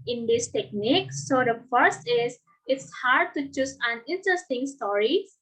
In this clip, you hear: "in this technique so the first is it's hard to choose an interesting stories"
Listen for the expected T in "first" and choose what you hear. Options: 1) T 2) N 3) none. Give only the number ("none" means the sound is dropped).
1